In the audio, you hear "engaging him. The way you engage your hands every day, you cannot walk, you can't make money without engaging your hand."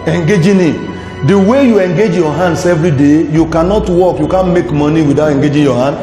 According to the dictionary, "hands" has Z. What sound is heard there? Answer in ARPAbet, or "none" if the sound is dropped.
S